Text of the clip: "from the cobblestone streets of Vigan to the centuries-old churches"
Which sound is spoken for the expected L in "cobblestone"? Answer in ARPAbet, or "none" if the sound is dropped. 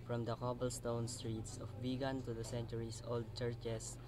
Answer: L